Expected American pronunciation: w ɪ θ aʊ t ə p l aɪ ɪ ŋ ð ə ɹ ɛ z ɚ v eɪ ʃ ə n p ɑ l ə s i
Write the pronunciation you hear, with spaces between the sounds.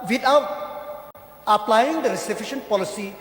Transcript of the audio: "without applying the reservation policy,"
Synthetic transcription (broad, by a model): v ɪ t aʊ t ə p l aɪ ɪ ŋ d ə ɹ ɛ s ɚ f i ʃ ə n p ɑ l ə s i